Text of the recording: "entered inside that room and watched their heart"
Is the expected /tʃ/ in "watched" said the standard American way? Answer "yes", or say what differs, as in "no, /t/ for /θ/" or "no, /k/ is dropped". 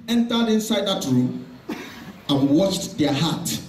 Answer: yes